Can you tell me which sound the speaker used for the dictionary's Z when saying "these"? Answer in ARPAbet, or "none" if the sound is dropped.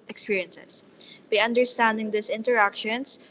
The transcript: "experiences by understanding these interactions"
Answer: S